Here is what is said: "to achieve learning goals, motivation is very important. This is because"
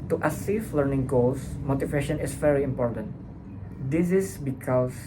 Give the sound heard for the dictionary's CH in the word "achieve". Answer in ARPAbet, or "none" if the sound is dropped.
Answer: S